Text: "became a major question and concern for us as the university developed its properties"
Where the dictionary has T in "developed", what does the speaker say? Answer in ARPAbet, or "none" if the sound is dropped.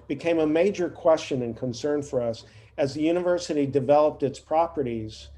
T